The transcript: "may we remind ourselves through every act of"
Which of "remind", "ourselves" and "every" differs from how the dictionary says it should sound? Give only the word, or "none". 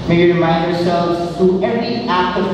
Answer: none